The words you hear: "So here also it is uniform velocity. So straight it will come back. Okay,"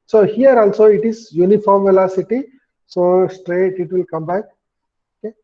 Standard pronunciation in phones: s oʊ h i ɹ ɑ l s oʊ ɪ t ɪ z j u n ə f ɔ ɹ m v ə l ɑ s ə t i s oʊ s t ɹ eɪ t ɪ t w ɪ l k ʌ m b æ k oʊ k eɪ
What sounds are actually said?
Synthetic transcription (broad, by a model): s oʊ h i ɹ ɑ l s oʊ ɪ t ɪ z j u n ə f ɔ ɹ m v ə l ɑ s ə t i s oʊ s t ɹ eɪ t ɪ t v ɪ l k ʌ m b æ k oʊ k eɪ